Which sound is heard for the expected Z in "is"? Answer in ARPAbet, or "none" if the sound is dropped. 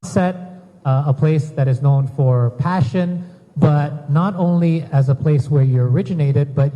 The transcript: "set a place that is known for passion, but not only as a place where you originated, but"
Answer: Z